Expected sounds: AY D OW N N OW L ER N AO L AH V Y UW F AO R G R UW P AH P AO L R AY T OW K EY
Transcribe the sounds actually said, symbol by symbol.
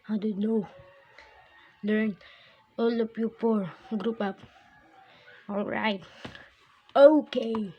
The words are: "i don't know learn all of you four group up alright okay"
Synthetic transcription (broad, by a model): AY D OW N N OW L ER N AO L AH P Y UW P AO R G R UW P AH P AO L R AY T OW K EY